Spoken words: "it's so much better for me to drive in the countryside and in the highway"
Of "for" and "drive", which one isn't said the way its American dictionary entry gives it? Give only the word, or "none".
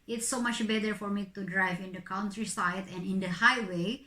none